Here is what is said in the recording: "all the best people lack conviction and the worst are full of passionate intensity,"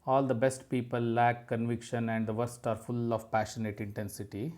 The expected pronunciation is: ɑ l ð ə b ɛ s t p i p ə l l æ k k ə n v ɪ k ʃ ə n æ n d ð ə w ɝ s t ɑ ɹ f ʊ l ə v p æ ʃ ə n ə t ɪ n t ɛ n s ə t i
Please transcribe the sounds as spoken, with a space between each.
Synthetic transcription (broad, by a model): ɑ l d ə b ɛ s t p i p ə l l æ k k ə n v ɪ k ʃ ə n æ n d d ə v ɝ s t ɑ ɹ f ʊ l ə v p æ ʃ ə n ə t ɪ n t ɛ n s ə t i